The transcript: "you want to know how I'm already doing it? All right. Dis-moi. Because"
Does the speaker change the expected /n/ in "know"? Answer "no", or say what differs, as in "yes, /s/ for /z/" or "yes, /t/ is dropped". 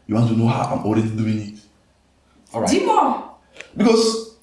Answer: no